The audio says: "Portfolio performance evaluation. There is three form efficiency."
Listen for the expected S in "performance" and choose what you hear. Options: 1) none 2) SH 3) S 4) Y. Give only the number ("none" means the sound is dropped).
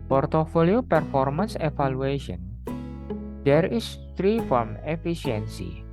3